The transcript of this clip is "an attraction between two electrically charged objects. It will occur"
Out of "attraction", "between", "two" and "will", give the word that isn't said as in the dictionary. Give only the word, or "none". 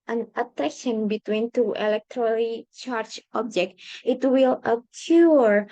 attraction